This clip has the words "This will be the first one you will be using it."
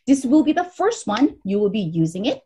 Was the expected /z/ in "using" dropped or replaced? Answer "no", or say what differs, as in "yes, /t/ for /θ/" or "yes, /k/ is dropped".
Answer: no